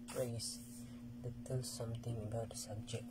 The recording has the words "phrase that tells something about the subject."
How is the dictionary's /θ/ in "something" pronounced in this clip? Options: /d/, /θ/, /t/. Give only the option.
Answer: /t/